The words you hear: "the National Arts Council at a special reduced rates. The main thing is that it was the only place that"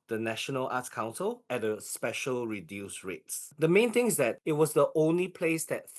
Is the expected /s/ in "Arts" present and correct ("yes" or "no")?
no